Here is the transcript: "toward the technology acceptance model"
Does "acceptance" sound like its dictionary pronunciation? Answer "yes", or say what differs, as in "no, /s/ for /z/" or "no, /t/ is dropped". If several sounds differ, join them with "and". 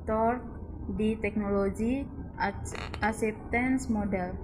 no, /k/ is dropped